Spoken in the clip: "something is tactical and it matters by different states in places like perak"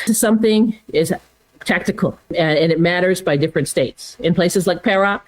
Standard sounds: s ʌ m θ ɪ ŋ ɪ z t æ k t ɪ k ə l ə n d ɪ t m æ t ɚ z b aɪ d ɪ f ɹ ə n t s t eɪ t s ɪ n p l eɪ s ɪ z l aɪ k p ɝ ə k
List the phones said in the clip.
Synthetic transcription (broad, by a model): s ʌ m θ ɪ ŋ ɪ z t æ k t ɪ k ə l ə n ɪ t m æ t ɚ z b aɪ d ɪ f ɹ ə n t s t eɪ t s ɪ n p l eɪ s ɪ z l aɪ k p ɝ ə